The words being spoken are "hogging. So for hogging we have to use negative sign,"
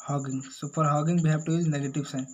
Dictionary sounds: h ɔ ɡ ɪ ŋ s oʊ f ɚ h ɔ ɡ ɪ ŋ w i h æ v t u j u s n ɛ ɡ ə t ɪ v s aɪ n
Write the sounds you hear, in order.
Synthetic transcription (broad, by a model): h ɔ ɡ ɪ ŋ s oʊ p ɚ h ɔ ɡ ɪ ŋ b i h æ b t u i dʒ n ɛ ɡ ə t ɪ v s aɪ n